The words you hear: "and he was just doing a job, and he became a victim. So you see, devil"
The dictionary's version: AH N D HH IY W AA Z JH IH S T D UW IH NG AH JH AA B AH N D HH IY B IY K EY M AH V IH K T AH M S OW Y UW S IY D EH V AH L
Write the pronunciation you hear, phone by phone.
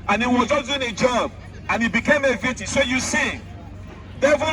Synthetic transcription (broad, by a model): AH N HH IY W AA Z JH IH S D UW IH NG AH JH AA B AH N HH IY B IY K EY M AH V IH T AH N S OW Y UW S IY D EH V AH